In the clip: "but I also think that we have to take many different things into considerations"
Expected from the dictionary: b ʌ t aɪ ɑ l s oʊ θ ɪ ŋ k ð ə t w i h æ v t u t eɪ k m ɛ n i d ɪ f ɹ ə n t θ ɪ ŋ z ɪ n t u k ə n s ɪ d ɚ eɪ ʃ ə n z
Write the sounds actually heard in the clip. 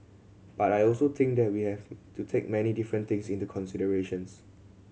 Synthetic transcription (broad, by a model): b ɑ t aɪ ɑ l s oʊ t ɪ ŋ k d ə t w i h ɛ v t u t eɪ k m ɛ n i d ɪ f ɹ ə n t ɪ ŋ s ɪ n t u k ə n s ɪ d ɚ eɪ ʃ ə n s